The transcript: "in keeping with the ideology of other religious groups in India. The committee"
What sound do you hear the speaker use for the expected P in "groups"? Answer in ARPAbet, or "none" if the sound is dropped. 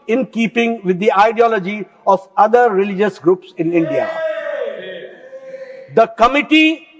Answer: P